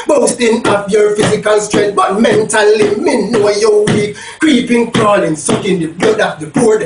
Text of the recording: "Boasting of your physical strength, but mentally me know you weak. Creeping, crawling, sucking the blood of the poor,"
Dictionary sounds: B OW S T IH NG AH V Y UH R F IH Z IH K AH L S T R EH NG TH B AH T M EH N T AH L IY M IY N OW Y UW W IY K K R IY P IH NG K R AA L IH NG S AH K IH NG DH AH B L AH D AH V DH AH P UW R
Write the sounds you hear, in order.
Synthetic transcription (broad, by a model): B OW S T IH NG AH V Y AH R F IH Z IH K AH L S T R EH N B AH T M EH N T AH L IY M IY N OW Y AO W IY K K R IY P IH NG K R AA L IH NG S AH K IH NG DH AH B AH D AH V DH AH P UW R